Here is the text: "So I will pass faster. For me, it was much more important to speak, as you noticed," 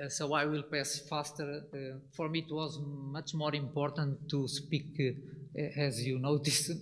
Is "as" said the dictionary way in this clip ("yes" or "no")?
yes